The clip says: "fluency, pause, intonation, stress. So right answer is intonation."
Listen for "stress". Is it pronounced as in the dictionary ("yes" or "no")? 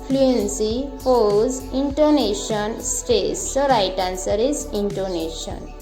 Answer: no